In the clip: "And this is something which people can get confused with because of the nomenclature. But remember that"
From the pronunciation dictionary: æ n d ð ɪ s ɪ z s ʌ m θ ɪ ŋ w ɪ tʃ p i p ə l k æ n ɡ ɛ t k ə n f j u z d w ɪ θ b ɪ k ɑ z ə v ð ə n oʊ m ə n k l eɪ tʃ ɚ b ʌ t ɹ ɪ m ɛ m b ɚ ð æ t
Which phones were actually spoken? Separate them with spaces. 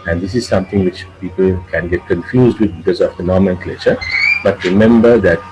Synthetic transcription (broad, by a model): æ n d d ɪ s ɪ z s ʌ m t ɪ ŋ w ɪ tʃ p i p ə l k æ n ɡ ɛ t k ə n f j u z d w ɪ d b ɪ k ɑ z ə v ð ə n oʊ m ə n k l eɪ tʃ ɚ b ʌ t ɹ ɪ m ɛ m b ɚ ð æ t